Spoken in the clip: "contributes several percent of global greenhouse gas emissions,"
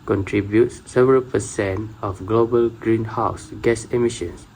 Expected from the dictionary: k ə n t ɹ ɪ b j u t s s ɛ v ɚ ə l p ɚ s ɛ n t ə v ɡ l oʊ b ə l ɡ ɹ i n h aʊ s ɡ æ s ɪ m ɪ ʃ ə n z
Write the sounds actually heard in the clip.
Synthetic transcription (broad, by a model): k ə n t ɹ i b j u t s s ɛ v ɚ ə l p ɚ s ɛ n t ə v ɡ l oʊ b ə l ɡ ɹ i n h aʊ s ɡ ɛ s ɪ m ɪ ʃ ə n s